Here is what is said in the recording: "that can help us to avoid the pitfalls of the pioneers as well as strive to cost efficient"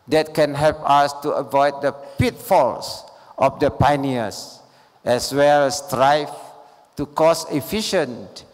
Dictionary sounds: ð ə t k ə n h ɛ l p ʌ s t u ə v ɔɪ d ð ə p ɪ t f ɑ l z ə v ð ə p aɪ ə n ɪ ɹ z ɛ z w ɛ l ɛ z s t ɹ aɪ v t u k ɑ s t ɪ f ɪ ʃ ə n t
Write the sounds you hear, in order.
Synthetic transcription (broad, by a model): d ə t k ə n h ɛ l p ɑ s t u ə v ɔɪ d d ə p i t f ɑ l s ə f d ə p aɪ n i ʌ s ɛ s w ɛ l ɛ s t ɹ aɪ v t u k ɑ s ɪ f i ʃ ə n t